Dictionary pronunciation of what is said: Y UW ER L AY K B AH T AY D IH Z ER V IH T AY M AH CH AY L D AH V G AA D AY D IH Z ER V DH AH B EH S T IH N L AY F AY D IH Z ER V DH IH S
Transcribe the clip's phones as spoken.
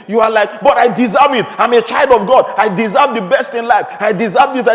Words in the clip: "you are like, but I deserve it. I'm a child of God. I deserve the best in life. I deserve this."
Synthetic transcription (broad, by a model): Y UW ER L AY K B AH T AY D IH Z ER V IH T AY M AH CH AY L D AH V G AA D AY D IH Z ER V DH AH B EH S T IH N L AY F AY D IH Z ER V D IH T